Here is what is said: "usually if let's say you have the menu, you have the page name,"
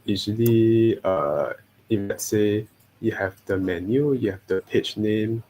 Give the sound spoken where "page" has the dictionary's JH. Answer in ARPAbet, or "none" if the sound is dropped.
CH